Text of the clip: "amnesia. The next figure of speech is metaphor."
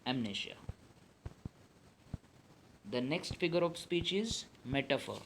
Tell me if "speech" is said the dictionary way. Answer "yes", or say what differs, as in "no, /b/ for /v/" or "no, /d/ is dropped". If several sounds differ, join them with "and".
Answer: yes